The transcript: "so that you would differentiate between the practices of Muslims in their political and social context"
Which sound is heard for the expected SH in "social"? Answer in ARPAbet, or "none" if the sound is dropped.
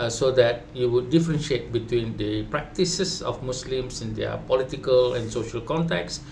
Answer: SH